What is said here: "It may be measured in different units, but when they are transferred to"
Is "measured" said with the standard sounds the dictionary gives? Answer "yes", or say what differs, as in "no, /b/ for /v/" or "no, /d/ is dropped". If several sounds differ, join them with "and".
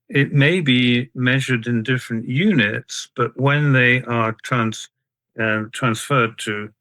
yes